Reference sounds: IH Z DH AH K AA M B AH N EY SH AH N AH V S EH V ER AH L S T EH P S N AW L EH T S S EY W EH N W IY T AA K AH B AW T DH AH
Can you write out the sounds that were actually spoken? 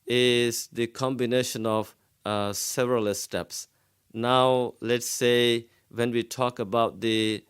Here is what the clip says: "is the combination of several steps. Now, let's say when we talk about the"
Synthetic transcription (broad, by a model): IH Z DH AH K AA M B AH N EY SH AH N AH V S EH V ER AH L S T EH P S N AW L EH T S S EY W EH N W IY T AA K AH B AW T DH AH